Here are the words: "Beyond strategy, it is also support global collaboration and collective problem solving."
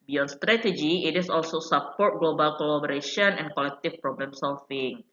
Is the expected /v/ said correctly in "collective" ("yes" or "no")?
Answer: no